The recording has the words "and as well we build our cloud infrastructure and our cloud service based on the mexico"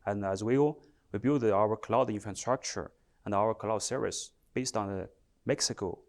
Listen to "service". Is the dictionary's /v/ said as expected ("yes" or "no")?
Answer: no